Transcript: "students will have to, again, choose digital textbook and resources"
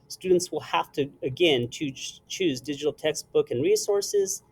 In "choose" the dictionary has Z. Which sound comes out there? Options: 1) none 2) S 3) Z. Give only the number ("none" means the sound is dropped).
3